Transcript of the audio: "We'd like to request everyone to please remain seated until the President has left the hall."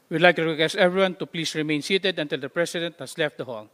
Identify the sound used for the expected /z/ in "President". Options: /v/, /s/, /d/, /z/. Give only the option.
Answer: /s/